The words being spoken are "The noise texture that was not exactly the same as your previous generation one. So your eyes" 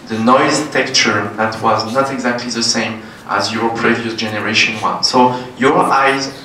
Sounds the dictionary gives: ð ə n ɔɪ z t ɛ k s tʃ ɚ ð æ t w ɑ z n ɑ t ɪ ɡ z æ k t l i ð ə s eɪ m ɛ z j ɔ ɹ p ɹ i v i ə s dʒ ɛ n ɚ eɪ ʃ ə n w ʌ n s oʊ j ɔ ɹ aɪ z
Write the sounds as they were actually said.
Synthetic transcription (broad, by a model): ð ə n ɔɪ z t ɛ k tʃ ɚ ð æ t w ɑ z n ɑ t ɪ ɡ z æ k t l i ð ə s eɪ m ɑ z j ɔ ɹ p ɹ i v i ə s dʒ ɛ n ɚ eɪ ʃ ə n w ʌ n s oʊ j ɔ ɹ aɪ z